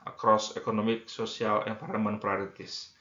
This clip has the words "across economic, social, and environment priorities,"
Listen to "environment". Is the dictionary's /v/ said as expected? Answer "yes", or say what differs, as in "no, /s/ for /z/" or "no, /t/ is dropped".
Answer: no, /p/ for /v/